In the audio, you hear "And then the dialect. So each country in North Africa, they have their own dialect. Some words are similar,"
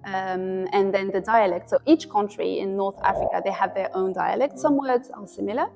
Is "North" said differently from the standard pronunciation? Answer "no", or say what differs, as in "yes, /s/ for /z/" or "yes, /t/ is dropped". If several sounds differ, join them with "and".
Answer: no